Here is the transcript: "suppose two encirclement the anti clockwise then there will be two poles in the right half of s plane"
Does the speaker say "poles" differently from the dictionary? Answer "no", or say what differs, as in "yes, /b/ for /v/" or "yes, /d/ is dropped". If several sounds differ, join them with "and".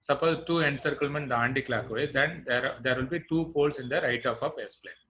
yes, /s/ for /z/